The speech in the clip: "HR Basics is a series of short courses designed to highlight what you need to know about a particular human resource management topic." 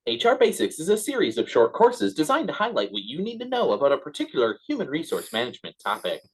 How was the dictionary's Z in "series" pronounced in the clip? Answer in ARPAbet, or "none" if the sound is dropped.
Z